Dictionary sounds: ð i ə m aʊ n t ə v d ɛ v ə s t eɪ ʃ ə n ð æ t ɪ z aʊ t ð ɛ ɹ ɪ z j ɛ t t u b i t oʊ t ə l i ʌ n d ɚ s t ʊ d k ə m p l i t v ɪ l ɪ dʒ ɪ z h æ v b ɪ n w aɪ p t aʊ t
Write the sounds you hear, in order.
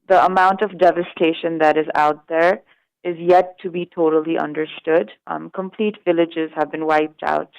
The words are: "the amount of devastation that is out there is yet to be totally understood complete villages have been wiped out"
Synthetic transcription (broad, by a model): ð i ə m aʊ n t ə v d ɛ v ə s t eɪ ʃ ə n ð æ t ɪ z aʊ t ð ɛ ɹ ɪ z j ɛ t t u b i t oʊ t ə l i ʌ n d ɚ s t ʊ d k ə m p l i t v ɪ l ɪ dʒ ɪ z h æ v b ɪ n w aɪ p t aʊ t